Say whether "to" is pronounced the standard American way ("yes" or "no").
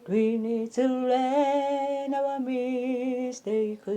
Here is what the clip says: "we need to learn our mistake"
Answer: no